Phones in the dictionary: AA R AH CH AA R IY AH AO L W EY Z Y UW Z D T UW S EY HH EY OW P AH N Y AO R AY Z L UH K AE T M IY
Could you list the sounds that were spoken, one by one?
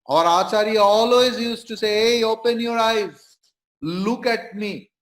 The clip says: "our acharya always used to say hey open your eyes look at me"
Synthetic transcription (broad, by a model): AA R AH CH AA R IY AO L W EY Z Y UW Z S T UW S EY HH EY OW P AH N Y AO R AY Z L UH K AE T M IY